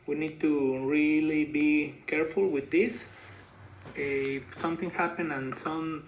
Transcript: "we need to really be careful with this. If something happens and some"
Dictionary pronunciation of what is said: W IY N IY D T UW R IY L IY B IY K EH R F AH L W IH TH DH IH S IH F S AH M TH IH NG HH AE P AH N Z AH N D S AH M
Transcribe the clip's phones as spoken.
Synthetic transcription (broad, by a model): W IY N IY D T UW R IY L IY B IY K EH R F AH L W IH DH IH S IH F S AH M TH IH NG HH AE P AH N AH N S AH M